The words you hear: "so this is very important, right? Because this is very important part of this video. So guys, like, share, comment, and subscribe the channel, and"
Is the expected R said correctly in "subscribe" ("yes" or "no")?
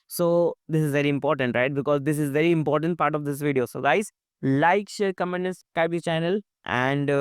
no